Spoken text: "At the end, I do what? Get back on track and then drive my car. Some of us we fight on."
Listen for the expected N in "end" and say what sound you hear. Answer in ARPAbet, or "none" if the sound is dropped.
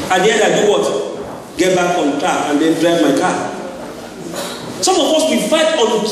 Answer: none